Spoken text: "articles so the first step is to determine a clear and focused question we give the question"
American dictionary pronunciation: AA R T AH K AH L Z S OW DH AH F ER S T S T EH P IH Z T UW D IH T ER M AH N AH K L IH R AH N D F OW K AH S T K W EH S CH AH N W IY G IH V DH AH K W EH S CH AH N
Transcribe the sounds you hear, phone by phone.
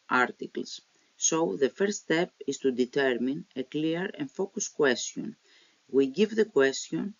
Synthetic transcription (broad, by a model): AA R T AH K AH L S OW DH AH F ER T S T EH P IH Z T UW D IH T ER M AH N AH K L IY R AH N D F OW K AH S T K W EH S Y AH N W IY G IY V DH AH K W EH S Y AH N